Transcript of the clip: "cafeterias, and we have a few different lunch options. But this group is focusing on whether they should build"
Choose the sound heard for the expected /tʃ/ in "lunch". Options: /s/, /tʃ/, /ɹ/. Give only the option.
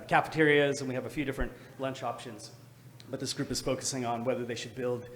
/tʃ/